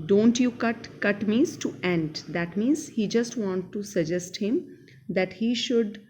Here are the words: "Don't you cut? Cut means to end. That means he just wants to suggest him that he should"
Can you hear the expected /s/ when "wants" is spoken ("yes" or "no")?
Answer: no